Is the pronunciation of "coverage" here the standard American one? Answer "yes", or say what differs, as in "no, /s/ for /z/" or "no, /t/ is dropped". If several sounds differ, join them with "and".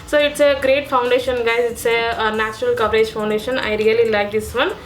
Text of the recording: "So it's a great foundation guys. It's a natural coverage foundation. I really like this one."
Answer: no, /p/ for /v/